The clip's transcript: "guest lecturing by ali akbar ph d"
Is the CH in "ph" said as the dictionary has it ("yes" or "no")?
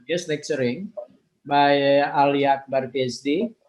no